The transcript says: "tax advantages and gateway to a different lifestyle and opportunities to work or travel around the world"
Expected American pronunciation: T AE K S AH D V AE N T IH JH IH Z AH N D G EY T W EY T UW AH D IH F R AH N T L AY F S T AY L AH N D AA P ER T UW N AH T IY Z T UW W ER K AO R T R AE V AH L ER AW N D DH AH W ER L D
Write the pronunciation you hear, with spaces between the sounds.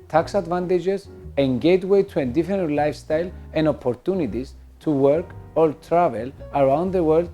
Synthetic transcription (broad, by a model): T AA K S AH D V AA N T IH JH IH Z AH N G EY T W EY T UW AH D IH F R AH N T L AY F S T AY L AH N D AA P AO T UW N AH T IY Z T UW W ER K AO L T R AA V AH L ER AW N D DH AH W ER L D